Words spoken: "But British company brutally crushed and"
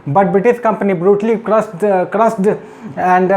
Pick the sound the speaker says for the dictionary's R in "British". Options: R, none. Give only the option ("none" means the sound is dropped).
none